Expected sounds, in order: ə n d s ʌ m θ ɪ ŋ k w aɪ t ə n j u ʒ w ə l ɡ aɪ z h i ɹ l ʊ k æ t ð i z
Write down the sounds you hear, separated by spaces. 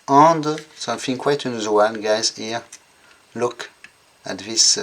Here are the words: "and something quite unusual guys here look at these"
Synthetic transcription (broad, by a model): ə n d s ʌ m f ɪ ŋ k w aɪ t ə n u z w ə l ɡ aɪ z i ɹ l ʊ k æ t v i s